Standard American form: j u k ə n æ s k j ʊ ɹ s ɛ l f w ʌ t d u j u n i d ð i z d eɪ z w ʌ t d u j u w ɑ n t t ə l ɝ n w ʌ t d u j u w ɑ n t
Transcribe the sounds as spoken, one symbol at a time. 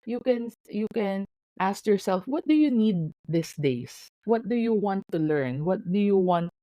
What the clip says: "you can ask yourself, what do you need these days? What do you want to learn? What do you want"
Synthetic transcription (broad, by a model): j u k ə n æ s k j ʊ ɹ s ɛ l f w ʌ t d u j u n i d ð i s d eɪ s w ʌ t d u j u w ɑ n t t ə l ɝ n w ʌ t d u j u w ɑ n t